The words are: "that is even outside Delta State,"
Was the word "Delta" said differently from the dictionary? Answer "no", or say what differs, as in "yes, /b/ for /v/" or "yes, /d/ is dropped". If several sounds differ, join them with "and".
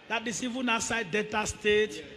yes, /l/ is dropped